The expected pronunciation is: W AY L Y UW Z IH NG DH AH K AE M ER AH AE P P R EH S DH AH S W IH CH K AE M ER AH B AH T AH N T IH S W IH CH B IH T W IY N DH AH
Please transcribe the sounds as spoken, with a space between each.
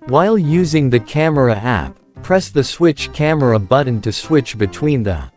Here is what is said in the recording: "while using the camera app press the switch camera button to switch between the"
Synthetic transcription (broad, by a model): W AY L Y UW Z IH NG DH AH K AE M ER AH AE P P R EH S DH AH S W IH CH K AE M ER AH B AH T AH N T IH S W IH CH B IH T W IY N DH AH